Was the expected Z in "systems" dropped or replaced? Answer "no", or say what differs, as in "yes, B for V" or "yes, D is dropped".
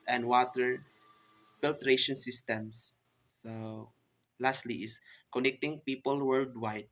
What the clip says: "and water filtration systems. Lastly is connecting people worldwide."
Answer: yes, S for Z